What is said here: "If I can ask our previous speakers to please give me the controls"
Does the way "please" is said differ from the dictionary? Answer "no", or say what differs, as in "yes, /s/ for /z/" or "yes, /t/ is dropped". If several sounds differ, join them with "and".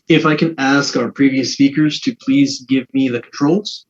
no